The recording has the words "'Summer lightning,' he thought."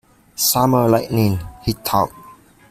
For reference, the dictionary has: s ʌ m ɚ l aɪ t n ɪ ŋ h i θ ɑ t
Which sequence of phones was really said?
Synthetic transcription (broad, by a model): s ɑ m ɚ l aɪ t n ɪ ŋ h i t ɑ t